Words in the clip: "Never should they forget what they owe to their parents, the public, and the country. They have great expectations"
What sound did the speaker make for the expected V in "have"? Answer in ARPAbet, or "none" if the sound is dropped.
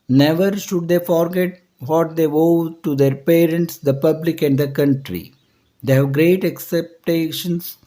V